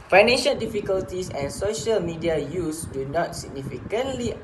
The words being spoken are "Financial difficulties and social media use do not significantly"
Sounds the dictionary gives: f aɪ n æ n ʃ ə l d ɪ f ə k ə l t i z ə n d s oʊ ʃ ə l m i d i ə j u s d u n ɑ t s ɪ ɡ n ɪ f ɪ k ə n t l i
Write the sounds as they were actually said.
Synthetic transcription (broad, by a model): f aɪ n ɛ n ʃ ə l d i f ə k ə l t i s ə n s oʊ ʃ ə l m i d i ə j u s d u n ɑ t s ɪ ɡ n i f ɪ k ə n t l i